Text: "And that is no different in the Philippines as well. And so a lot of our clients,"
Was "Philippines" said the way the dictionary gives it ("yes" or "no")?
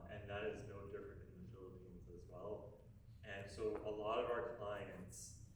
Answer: yes